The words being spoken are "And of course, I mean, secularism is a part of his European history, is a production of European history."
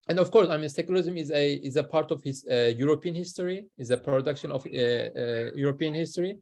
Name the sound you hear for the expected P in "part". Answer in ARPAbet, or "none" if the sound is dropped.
P